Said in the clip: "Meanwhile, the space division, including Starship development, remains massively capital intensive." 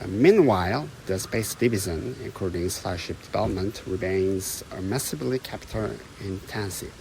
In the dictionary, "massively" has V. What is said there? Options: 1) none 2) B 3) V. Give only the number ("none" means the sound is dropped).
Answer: 2